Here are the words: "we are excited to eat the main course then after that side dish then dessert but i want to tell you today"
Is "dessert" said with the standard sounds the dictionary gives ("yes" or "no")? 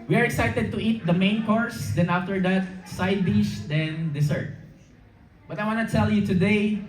no